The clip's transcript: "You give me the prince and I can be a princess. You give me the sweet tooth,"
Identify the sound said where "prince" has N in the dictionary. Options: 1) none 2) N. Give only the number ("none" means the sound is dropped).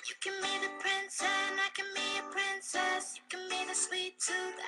2